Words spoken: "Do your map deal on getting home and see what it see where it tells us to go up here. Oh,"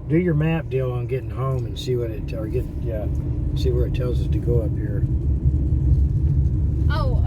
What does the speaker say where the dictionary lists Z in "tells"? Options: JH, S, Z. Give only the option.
Z